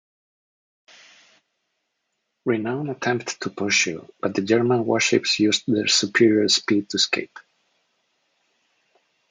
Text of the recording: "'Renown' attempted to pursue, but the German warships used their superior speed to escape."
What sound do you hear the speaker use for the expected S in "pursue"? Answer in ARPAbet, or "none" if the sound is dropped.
SH